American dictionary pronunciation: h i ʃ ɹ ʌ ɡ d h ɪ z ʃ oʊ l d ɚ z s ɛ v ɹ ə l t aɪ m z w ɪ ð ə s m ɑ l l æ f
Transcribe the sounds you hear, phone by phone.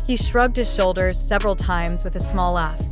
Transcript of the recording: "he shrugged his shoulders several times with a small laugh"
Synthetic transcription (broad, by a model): h i ʃ ɹ ʌ ɡ d h ɪ z ʃ oʊ l d ɚ z s ɛ v ɹ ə l t aɪ m z w ɪ ð ə s m ɑ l l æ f